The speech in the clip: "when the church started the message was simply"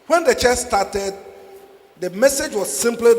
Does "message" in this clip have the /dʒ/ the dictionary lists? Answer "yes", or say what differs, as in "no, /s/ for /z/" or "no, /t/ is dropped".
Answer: yes